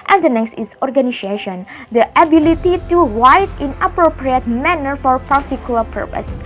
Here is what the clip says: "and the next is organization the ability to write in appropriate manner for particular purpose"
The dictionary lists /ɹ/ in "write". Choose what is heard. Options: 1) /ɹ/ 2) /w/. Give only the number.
2